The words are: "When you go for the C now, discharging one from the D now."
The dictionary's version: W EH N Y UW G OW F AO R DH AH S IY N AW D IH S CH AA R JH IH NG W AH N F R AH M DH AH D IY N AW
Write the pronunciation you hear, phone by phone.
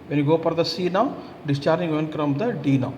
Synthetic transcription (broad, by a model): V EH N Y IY G OW P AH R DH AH S IY N AW D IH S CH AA R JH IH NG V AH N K R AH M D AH D IY N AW